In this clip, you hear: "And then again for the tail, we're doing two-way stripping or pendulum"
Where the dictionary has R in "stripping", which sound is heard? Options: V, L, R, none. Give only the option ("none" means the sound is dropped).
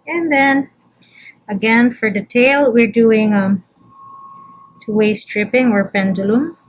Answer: R